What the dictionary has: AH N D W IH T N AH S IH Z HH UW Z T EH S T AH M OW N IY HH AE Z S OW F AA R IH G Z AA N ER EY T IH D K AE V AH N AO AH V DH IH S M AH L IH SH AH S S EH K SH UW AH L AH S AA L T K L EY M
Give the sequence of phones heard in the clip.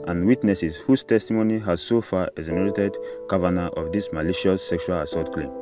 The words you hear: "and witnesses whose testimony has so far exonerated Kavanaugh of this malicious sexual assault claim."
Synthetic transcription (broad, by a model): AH N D W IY T N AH S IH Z HH UW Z T EH S T AH M OW N IY HH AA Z S OW F AA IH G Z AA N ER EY T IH D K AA V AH N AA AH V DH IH S M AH L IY SH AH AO S EH K SH UW AH L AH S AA T K L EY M